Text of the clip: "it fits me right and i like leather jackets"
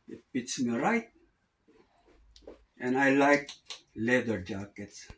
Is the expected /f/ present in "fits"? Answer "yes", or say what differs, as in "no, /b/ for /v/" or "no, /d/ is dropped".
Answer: no, /p/ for /f/